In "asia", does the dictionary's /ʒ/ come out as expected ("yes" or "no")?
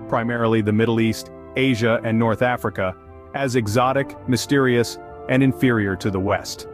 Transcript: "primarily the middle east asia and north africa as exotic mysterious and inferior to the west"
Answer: yes